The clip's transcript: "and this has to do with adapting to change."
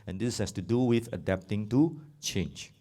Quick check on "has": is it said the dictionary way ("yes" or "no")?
no